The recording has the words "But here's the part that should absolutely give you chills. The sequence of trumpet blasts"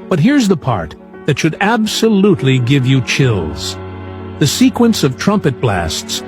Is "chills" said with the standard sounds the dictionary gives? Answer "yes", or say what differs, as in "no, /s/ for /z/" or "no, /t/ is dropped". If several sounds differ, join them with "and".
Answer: yes